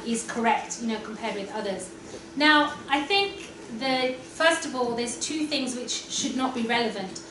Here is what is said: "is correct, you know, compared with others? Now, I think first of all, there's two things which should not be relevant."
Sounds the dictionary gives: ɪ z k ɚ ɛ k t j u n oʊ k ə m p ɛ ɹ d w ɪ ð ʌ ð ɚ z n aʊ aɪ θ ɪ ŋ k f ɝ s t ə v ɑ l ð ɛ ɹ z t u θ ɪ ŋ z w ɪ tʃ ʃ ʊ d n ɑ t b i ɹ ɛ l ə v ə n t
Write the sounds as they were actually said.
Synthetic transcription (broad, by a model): ɪ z k ɚ ɛ k t j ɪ n oʊ k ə m p ɛ d w ɪ ð ʌ ð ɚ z n aʊ aɪ θ ɪ ŋ k f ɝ s t ə v ɑ l ð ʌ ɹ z t u θ ɪ ŋ z w ɪ tʃ ʃ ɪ d n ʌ t b i ɹ ɛ l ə v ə n t